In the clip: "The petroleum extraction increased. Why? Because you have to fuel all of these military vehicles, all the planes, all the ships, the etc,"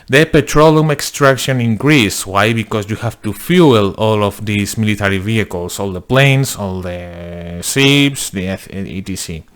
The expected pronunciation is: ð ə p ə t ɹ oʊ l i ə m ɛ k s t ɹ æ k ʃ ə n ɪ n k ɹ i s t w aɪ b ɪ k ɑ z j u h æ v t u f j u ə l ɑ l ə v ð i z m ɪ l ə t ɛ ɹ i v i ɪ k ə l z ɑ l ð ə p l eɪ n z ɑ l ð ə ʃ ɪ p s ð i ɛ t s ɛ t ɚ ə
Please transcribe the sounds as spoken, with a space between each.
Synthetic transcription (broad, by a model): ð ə p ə t ɹ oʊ l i m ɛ k s t ɹ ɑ k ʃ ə n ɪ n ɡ ɹ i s w aɪ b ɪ k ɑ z j u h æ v t u f j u l ɑ l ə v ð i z m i l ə t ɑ ɹ i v i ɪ k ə l s ɑ l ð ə p l eɪ n s ɑ l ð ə s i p s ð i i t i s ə